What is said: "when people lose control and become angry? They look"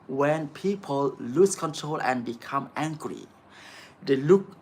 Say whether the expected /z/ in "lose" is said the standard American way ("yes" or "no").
no